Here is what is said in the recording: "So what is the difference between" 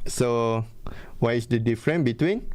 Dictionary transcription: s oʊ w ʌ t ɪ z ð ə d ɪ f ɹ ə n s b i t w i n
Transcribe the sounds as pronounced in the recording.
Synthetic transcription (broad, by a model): s oʊ w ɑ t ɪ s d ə d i f ɹ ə n b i t w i n